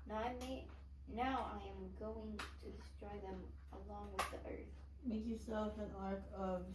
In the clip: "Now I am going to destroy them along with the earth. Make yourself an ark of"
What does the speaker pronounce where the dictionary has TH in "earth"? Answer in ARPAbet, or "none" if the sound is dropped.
TH